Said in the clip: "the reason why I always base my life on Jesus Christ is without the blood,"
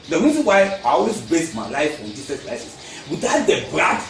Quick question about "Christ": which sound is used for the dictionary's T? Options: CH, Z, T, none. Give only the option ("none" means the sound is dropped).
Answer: none